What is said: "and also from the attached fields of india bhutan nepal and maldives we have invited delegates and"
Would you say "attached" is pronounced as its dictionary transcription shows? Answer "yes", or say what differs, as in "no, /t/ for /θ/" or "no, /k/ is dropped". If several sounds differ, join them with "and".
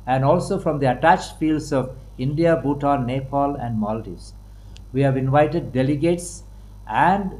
yes